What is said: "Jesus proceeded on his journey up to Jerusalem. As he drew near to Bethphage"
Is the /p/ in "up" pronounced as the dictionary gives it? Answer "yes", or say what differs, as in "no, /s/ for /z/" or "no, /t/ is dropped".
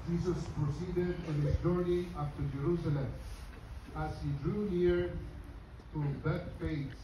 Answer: no, /f/ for /p/